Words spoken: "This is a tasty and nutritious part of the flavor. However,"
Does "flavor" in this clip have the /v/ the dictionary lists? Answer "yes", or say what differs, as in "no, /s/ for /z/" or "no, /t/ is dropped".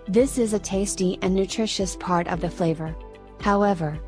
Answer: yes